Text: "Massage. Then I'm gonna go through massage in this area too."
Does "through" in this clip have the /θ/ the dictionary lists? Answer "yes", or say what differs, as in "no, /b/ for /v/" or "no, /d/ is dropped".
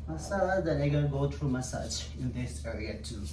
no, /t/ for /θ/